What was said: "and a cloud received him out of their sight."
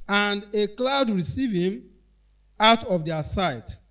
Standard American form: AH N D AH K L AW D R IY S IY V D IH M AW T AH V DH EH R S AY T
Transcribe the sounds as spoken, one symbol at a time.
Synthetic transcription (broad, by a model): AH N D AH K L AW D R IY S IY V IH M AW T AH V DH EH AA S AY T